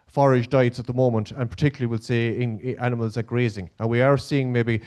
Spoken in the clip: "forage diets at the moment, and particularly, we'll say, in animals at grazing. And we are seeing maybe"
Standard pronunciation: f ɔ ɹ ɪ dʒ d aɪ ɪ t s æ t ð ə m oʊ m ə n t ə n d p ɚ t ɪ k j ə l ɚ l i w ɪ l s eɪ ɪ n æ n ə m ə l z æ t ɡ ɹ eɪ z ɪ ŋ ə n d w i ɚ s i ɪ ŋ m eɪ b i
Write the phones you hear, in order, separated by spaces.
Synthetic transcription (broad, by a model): f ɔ ɹ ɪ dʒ d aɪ ɪ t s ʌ t ð ə m oʊ m ə n t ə n p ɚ t ɪ k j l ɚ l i w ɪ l s eɪ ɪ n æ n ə m ə l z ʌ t ɡ ɹ eɪ z ɪ ŋ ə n w i ɚ s i ɪ ŋ m eɪ b i